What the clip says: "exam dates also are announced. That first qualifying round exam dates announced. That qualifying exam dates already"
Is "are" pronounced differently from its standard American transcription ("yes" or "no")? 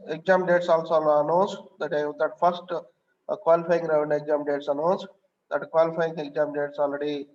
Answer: yes